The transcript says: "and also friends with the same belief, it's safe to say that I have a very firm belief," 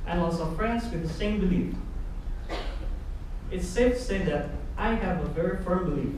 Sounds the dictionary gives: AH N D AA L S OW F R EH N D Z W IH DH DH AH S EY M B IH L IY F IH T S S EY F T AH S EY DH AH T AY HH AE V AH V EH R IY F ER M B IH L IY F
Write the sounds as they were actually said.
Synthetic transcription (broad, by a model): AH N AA S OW F R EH N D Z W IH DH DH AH S EY M B IH L IY F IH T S S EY T AH S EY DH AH T AY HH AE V AH V EH R IY F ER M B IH L IY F